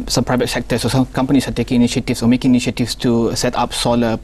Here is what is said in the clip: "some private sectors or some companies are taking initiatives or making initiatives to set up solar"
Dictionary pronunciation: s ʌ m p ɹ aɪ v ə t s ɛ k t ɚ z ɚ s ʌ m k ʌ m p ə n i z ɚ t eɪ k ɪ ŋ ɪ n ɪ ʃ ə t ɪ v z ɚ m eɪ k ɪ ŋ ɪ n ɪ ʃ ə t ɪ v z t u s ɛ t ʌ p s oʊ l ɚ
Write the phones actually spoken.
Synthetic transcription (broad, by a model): s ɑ m p ɹ aɪ v ə t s ɛ k t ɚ s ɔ s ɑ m k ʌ m p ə n i s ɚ t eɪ k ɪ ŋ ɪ n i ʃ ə t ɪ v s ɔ m eɪ k ɪ ŋ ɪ n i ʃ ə t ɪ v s t u s ɛ t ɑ p s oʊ l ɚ